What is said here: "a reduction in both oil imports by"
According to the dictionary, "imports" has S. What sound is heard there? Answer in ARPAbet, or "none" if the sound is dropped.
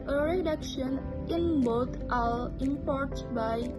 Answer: none